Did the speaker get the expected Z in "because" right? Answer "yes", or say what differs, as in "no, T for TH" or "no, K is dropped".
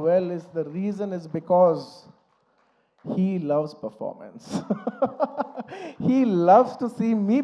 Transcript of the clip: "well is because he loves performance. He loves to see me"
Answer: yes